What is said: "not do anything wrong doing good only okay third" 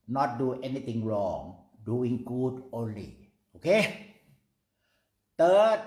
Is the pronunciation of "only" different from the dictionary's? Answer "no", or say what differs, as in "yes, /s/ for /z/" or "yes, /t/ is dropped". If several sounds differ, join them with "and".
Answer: no